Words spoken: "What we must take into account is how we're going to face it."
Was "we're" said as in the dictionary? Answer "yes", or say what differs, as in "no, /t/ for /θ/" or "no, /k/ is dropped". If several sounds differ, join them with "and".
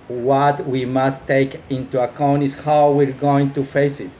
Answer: yes